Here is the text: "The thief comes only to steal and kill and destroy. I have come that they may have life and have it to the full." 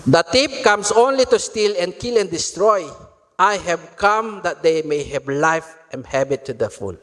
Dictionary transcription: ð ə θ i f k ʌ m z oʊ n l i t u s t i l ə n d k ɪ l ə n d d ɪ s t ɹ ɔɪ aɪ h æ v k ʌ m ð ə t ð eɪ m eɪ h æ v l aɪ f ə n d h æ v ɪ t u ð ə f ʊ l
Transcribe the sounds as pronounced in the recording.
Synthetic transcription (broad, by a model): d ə t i p k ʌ m s oʊ n l i t u s t i l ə n k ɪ l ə n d d ɪ s t ɹ ɔɪ aɪ h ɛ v k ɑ m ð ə t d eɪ m eɪ h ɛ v l aɪ f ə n h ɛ b ɪ t u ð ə f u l